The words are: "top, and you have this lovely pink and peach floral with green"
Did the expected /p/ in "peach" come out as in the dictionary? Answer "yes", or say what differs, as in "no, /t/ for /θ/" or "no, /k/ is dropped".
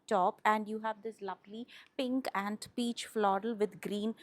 yes